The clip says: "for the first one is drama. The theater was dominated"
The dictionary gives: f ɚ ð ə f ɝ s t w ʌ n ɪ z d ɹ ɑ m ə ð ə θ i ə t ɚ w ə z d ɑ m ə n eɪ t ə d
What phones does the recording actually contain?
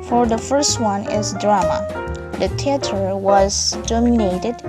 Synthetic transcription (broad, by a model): f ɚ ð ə f ɝ s t w ʌ n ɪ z d ɹ ɑ m ə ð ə t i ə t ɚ w ə z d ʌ m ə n eɪ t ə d